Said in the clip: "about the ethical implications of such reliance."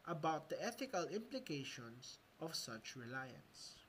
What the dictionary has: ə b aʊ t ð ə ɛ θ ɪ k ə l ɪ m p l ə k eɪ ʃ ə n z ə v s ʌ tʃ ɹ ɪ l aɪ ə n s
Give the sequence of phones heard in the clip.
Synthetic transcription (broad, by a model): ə b aʊ t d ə ɛ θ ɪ k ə l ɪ m p l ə k eɪ ʃ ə n s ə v s ʌ tʃ ɹ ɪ l aɪ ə n s